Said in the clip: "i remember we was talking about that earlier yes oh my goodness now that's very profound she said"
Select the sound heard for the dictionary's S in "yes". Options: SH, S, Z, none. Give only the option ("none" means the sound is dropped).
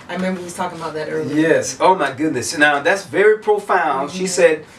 S